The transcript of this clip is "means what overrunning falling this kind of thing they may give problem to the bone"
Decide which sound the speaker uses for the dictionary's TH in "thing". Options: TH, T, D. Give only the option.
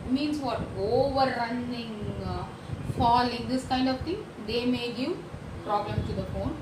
T